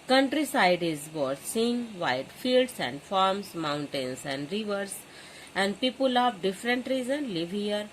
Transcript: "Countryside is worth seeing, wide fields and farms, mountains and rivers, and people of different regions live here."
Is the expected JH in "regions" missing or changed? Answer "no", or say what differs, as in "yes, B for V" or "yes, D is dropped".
yes, Z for JH